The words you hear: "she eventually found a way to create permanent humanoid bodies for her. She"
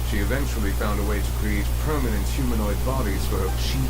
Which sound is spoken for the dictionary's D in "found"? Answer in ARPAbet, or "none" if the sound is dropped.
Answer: D